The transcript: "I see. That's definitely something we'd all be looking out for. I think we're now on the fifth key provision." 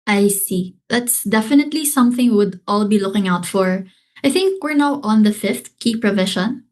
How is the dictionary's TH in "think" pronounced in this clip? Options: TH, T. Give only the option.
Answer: TH